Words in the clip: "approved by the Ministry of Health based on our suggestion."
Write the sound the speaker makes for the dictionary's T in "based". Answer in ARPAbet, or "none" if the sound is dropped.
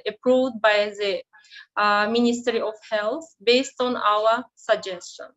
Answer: T